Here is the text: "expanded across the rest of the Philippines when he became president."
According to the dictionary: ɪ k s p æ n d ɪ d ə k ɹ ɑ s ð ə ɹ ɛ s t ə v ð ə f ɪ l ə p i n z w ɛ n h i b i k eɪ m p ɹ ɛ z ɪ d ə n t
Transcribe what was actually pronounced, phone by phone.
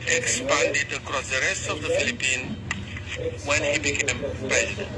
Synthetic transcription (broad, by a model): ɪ k s p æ n d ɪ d ə k ɹ ɑ s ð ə ɹ ɛ s t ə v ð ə f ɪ l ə p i n w ɛ n h i b i k eɪ m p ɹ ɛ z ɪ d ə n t